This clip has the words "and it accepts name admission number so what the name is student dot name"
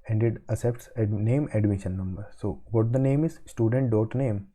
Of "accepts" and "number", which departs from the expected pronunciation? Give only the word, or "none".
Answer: accepts